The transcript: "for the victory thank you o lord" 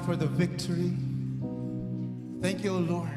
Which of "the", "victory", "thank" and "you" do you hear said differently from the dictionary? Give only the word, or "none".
none